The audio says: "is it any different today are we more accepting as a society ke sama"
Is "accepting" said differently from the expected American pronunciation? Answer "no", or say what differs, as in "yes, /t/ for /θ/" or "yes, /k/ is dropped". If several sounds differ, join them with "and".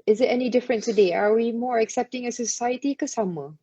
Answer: no